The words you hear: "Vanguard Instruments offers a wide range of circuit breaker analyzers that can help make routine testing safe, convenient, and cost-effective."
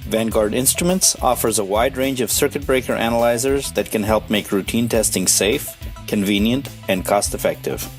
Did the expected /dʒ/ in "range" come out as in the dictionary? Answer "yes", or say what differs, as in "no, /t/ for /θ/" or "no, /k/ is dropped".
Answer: yes